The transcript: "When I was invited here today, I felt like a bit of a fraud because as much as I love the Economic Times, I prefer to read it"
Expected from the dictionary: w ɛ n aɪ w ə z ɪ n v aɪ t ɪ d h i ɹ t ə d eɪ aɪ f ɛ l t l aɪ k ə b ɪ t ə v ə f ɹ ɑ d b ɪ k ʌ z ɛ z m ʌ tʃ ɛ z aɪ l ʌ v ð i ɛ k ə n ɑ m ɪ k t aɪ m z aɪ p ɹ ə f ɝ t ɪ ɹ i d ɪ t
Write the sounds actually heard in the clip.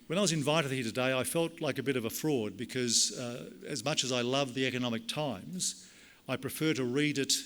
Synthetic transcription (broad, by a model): w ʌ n aɪ w ə z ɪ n v aɪ t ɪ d h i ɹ t ə d eɪ aɪ f ɛ l t l aɪ k ə b ɪ t ə v ə f ɹ ɑ d b ɪ k ʌ z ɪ z m ʌ tʃ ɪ z aɪ l ʌ v ð i ɛ k ə n ɑ m ɪ k t aɪ m z aɪ p ɹ ə f ɝ t ɪ ɹ i d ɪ t